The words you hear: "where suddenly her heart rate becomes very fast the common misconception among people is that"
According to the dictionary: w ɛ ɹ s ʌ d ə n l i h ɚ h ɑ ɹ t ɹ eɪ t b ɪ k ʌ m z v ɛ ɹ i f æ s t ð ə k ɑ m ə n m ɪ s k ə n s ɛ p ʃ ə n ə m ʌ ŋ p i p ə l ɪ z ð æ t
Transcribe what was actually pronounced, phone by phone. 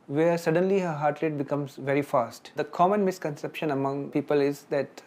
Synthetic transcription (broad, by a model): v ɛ ɹ s ʌ d ə n l i h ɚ h ɑ ɹ t l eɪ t b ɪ k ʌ m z v ɛ ɹ i f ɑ s t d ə k ɑ m ə n m ɪ s k ə n s ɛ p ʃ ə n ə m ʌ ŋ p i p ə l ɪ z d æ t